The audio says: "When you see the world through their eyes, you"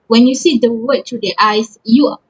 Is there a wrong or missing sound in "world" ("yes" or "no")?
yes